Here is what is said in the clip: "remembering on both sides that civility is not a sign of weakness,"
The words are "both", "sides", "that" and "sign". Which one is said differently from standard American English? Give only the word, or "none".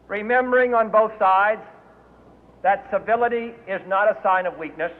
none